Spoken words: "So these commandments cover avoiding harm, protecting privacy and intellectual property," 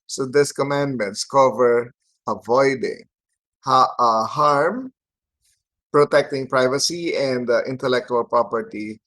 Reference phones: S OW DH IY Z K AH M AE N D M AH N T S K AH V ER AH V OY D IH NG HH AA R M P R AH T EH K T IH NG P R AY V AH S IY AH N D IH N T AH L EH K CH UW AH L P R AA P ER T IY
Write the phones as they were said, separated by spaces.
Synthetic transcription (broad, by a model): S OW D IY S K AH M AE N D M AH N T S K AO V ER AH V OY D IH NG HH AA R M P R AH T EH K T IH NG P R AY V AH S IY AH N D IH N T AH L EH K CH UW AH L P R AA P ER T IY